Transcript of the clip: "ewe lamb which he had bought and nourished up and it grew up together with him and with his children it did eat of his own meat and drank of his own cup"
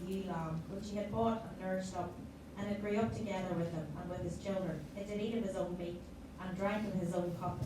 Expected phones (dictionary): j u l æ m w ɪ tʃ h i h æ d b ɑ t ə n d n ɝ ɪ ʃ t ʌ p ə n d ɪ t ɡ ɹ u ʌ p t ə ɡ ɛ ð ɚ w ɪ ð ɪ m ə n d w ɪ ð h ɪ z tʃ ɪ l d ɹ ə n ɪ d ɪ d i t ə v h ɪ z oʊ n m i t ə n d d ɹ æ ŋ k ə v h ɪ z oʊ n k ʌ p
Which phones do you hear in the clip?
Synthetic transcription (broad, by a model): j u l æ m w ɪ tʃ h i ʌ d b ɑ t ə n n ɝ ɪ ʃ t ʌ p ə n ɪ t ɡ ɹ u ʌ p t ə ɡ ɛ ð ɚ w ɪ ð ɪ m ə n w ɪ ð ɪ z tʃ ɪ l d ɹ ə n ɪ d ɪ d i t ə v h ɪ z oʊ n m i t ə n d d ɹ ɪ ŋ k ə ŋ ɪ z oʊ n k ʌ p